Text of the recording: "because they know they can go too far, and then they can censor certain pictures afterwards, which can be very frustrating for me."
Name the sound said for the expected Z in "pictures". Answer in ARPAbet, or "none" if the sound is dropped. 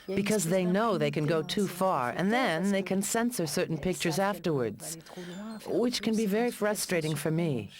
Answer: Z